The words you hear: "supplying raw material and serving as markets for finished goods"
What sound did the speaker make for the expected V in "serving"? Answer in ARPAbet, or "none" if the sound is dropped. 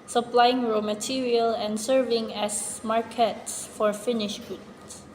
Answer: V